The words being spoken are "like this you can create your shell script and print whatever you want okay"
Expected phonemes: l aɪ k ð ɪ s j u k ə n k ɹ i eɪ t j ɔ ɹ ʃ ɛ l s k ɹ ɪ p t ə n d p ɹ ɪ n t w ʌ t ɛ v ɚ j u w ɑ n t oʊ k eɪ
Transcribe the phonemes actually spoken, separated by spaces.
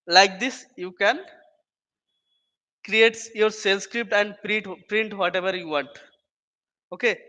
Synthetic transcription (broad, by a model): l aɪ k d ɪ s j u k ə n k ɹ i eɪ t j ɔ ɹ s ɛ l s k ɹ ɪ p t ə n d p ɹ ɪ n t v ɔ t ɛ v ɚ j u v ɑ n t oʊ k eɪ